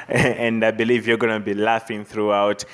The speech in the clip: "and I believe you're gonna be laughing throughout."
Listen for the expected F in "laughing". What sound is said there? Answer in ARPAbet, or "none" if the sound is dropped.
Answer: F